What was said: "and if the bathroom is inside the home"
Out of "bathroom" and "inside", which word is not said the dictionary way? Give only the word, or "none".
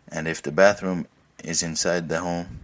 none